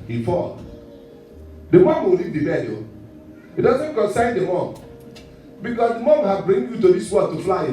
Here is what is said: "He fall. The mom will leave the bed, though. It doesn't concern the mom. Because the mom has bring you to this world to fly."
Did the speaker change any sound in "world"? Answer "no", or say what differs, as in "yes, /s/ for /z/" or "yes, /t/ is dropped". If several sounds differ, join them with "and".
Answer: yes, /l/ is dropped